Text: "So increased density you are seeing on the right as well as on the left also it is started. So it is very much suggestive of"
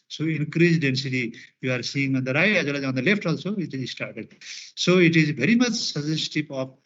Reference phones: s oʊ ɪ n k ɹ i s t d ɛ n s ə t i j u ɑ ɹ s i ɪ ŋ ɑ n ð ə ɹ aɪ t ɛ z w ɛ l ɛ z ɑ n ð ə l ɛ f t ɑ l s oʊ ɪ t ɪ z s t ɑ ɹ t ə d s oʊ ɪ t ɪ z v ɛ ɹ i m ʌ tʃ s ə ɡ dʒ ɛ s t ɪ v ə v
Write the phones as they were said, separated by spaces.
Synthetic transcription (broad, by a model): s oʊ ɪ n k ɹ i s d ɛ n s ə t i j u ɑ ɹ s i ɪ ŋ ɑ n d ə ɹ aɪ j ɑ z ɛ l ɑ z ɑ n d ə l ɛ f t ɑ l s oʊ ɪ t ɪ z s t ɑ ɹ t ə d s oʊ ɪ t ɪ z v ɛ ɹ i m ʌ tʃ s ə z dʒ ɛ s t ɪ p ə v